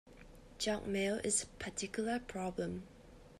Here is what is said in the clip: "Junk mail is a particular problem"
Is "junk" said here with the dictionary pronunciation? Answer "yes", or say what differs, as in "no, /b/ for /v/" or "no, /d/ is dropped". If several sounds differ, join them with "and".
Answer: no, /ŋ/ is dropped